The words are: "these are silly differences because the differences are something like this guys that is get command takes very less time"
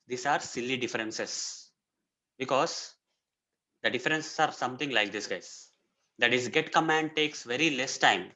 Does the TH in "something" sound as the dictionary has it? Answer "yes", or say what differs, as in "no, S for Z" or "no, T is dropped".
no, T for TH